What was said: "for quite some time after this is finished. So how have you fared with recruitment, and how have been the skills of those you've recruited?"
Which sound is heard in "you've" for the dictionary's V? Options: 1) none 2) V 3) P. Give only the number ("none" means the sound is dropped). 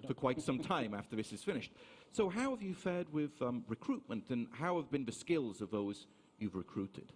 2